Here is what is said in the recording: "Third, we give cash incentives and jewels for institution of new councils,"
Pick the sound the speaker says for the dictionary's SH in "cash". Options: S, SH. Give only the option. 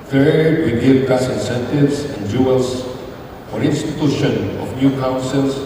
S